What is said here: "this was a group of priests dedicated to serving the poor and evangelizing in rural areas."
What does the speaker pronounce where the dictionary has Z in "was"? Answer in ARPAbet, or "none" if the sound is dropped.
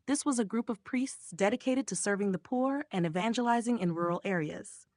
Z